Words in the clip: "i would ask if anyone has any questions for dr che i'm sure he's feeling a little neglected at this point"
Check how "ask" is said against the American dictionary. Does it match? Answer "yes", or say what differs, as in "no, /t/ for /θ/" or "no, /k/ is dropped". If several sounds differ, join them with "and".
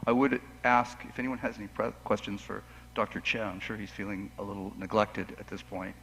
yes